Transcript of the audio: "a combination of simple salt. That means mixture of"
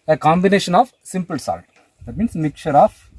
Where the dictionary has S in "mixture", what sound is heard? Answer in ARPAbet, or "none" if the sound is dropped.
none